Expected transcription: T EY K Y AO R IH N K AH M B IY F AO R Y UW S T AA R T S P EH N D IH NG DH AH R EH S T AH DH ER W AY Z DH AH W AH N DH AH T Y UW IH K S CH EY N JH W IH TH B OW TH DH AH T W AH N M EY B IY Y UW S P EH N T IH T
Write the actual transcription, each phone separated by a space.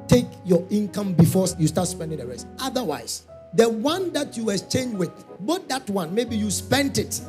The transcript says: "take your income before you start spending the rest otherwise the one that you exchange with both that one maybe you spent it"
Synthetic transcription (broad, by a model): T EY K Y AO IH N K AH M B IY F AO Y UW S T AA T S P EH N D IH NG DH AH R EH S T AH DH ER W AY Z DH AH W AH N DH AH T Y UW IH S CH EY N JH W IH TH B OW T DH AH T W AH N M EY B IY Y UW S P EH N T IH T